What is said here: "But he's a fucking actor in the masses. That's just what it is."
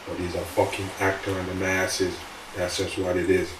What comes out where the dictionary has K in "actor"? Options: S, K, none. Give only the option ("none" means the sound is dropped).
K